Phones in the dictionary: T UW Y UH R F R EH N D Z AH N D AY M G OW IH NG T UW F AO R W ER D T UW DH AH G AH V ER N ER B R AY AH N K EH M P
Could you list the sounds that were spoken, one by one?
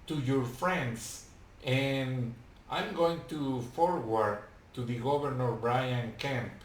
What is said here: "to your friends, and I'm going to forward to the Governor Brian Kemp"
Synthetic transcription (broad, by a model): T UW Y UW R F R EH N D S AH N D AY M G OW IH NG T UW F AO R W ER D T UW DH AH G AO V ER N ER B R AY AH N K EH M